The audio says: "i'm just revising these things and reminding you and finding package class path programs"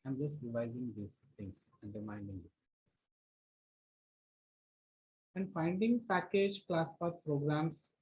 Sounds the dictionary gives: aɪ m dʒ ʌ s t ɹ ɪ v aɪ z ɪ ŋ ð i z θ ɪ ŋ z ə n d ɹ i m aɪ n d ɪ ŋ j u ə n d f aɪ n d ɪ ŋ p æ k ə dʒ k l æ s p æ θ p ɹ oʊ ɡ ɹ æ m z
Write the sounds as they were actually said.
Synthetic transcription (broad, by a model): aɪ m dʒ ʌ s t ɹ ɪ v aɪ z ɪ ŋ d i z t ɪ ŋ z ə n d ɹ i m aɪ n d ɪ ŋ j u ə n d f aɪ n d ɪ ŋ p æ k ə dʒ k l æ s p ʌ p ɹ oʊ ɡ ɹ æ m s